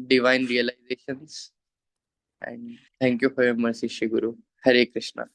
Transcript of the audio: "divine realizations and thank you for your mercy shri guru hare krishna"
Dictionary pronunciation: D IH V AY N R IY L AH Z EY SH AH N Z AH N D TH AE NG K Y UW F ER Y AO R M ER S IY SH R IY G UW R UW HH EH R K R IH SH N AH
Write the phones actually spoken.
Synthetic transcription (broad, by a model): D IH V AY N R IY L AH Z EY SH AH N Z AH N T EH NG K Y UW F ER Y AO M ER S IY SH IY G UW R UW HH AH R K R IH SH N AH